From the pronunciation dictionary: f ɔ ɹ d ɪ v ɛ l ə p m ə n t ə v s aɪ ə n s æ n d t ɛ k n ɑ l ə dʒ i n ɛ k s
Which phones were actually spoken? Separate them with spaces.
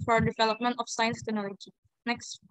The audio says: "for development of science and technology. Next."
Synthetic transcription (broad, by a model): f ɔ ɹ d ɪ v ɛ l ə p m ə n t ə f s aɪ ə n s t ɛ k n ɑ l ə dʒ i n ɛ k s